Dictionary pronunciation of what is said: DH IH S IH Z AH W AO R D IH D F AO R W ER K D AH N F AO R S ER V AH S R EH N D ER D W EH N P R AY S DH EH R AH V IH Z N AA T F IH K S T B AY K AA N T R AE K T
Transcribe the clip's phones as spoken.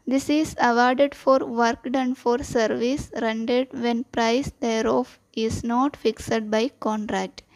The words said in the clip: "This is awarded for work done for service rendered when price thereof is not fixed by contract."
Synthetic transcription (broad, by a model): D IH S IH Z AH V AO R D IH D F AO R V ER K D AH N F AO R S ER V AH S R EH N D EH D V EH N P R AY S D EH R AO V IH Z N AA T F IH K S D B AY K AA N T R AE K T